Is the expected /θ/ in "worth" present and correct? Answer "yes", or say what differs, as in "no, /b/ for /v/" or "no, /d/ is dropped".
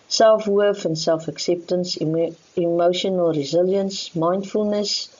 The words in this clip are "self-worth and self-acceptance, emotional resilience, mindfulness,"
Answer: no, /f/ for /θ/